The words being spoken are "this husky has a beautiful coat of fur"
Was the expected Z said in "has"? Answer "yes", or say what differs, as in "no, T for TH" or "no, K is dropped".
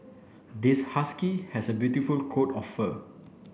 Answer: no, S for Z